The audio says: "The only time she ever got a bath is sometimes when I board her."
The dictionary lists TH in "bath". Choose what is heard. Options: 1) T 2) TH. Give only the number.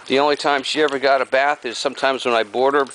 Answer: 2